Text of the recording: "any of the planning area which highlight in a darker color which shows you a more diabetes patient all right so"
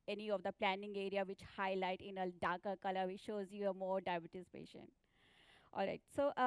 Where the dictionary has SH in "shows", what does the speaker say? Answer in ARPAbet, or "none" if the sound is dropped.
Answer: SH